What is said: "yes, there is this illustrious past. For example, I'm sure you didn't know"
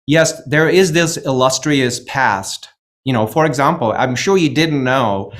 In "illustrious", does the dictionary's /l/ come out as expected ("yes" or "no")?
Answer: yes